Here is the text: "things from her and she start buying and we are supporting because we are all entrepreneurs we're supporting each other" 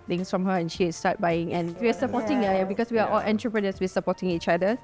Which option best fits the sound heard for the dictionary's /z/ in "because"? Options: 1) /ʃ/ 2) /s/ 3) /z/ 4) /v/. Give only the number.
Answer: 2